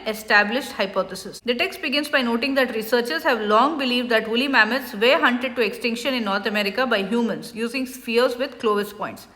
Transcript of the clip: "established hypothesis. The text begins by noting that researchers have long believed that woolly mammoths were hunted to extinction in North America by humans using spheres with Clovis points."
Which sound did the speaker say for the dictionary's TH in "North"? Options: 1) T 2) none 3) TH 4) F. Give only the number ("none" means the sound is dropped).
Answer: 1